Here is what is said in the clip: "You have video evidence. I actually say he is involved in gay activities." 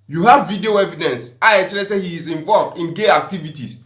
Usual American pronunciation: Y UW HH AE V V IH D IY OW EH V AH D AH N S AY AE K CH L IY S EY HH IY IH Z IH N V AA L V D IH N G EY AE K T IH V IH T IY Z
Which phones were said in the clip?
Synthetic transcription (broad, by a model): Y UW HH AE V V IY D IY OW EH V AH D AH N S AY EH CH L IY S EY HH IY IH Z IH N V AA L V D IH N G EY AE K T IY V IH T IY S